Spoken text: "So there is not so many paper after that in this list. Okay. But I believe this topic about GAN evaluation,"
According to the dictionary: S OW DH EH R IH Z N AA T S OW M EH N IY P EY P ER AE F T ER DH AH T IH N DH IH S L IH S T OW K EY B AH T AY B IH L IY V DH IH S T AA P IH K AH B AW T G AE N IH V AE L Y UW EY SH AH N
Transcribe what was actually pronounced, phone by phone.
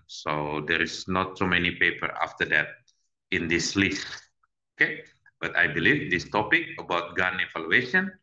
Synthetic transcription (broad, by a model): S OW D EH R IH S N AA T S OW M EH N IY P EY P ER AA F T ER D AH T IH N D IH S L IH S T OW K EY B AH T AY B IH L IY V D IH S T AA P IH K AH B AW T G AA N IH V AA L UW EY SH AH N